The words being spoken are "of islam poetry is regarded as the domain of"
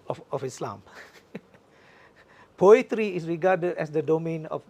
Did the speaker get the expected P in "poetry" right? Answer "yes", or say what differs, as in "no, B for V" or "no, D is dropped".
yes